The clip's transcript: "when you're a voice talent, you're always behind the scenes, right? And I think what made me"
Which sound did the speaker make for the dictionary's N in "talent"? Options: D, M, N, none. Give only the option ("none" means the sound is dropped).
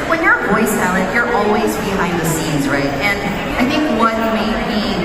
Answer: none